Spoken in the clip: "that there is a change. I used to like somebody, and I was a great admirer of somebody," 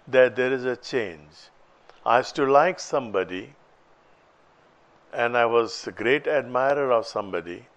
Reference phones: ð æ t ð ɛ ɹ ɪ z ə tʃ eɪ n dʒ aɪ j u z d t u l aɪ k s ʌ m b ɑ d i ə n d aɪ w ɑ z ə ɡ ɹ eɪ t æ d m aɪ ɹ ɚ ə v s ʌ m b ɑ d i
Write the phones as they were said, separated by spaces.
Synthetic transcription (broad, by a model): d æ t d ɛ ɹ ɪ z ə tʃ eɪ n dʒ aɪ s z t u l aɪ k s ʌ m b ɑ d i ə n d aɪ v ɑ z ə ɡ ɹ eɪ t æ d m aɪ ɹ ɚ ə v s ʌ m b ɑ d i